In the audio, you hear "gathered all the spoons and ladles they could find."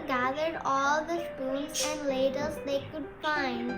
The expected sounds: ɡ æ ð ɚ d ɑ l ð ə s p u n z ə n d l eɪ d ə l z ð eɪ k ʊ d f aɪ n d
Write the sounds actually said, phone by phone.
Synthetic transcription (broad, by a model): ɡ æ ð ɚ d ɑ l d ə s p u l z ə n d l eɪ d ə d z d eɪ k ʊ d f aɪ n d